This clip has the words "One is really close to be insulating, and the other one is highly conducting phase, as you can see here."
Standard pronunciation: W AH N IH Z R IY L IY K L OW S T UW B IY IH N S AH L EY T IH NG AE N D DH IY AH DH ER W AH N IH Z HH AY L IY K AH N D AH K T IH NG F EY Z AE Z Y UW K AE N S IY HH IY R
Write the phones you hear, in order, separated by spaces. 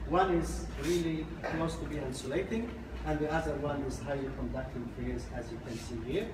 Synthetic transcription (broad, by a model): W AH N IH Z R IY L IY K L OW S T UW B IY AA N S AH L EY T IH NG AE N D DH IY AH DH ER W AH N IH Z HH AY L IY K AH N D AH K T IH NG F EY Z AE Z Y UW K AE N S IY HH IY R